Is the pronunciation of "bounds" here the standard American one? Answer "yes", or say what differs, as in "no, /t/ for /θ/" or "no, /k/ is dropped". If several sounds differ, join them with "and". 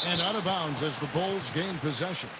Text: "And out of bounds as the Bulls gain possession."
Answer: yes